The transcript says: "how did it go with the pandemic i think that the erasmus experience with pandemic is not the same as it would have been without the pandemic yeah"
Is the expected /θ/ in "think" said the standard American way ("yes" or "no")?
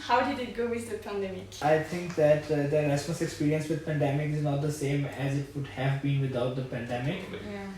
no